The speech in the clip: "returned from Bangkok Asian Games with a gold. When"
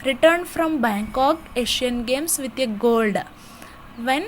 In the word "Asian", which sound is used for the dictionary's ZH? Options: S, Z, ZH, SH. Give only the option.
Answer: SH